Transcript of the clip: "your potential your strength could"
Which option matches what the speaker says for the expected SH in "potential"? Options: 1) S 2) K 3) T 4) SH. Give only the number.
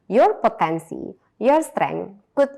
1